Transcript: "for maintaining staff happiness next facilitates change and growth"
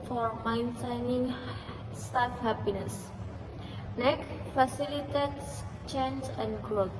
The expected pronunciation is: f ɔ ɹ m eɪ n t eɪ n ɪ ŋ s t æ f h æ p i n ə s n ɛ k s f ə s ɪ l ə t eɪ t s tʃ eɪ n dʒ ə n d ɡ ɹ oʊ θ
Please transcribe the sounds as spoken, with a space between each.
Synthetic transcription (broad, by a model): f ɔ ɹ m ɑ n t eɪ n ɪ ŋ s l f h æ p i n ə s n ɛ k f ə s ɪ l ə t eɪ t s tʃ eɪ n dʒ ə n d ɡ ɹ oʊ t